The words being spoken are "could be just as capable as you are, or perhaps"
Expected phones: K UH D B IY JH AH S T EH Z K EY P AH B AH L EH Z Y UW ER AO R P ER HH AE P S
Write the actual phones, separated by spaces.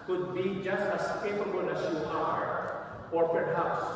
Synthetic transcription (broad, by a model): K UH D B IY JH AH S T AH S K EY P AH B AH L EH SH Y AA ER AO R P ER HH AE P S